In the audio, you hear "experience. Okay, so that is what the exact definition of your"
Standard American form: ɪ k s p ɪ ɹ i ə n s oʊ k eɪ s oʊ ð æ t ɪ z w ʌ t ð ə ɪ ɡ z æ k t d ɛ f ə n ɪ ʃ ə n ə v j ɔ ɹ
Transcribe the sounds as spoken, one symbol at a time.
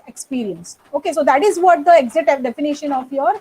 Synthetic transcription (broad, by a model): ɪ k s p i ɹ i ə n s oʊ k eɪ s oʊ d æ t ɪ z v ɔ t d ə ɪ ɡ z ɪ t d ɛ f ə n ɪ ʃ ə n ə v j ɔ ɹ